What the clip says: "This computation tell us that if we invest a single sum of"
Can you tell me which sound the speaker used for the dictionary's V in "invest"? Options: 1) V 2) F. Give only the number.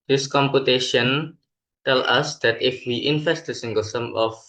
2